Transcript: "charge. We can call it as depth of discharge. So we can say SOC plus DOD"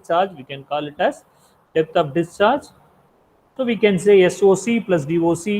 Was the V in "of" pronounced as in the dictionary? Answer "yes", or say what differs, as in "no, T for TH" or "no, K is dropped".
no, P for V